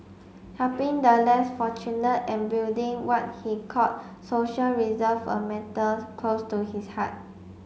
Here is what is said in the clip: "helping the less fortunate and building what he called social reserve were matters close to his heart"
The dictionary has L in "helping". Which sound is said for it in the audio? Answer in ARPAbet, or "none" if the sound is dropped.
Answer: none